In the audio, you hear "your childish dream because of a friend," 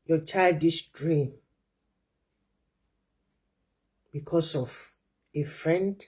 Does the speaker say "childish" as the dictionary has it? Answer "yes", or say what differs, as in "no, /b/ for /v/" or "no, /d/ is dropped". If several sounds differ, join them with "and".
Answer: no, /s/ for /ʃ/